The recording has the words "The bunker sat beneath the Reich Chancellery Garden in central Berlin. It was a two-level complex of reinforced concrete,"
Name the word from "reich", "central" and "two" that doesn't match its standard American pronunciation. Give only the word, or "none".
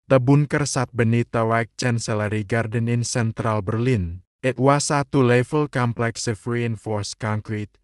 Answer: reich